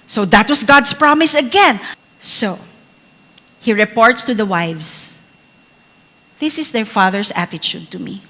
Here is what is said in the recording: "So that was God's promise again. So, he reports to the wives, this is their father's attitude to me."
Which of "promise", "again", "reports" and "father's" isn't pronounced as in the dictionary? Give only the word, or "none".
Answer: father's